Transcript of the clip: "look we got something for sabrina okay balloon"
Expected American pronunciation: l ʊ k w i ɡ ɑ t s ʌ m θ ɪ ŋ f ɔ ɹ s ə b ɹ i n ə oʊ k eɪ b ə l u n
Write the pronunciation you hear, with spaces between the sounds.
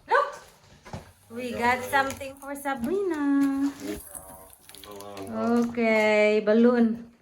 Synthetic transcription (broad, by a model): l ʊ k w i ɡ ɑ t s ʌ m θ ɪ ŋ f ɔ ɹ s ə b i n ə oʊ k eɪ b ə l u n